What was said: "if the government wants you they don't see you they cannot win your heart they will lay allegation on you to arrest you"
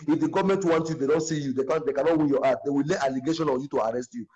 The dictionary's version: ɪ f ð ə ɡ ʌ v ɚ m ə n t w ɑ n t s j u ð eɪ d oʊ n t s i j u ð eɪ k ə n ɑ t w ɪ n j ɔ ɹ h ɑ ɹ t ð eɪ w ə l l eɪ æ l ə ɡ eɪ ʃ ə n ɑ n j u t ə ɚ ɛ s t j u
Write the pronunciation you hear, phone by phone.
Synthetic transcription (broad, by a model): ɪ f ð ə ɡ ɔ v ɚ m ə n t w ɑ n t j u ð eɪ d oʊ n t s i j u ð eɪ k ə n ɑ t w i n j ɔ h ɑ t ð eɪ w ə l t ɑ l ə ɡ eɪ ʃ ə n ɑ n j u t ə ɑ ɛ s t j u